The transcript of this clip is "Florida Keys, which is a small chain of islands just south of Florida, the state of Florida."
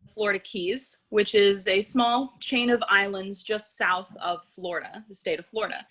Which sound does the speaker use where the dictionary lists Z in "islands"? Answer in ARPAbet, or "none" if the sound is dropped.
Z